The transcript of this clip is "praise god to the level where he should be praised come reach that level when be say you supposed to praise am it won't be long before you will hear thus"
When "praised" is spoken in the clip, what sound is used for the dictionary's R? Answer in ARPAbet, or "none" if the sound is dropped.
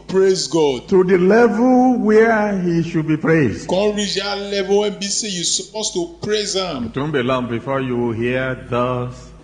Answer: R